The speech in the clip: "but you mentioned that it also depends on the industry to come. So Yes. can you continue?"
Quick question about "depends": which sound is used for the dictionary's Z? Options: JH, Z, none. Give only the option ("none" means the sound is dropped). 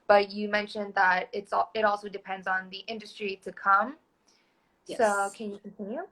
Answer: Z